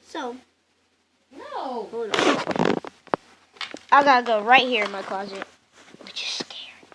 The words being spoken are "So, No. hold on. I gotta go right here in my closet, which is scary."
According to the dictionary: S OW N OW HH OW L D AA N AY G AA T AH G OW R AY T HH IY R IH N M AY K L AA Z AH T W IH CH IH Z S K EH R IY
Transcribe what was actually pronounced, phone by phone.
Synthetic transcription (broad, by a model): S OW N OW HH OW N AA AY G AA T AH G OW R AY T HH IY R IH N M AY K L AA Z AH T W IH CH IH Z S K EH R